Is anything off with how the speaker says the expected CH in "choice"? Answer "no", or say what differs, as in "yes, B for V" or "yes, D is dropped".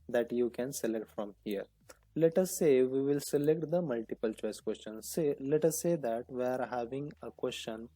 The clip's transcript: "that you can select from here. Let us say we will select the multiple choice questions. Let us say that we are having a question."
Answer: no